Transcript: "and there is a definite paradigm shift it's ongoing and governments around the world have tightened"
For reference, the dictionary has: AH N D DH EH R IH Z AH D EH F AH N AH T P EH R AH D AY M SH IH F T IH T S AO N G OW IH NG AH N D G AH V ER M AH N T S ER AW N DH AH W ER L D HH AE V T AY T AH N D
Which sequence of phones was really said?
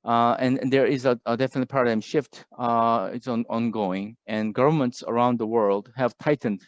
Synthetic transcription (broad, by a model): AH N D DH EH R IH Z AH D EH F AH N AH T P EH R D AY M SH IH F T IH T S AO N G OW IH NG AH N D G AH V ER M AH N T S ER AW N DH AH W ER L D HH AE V T AY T N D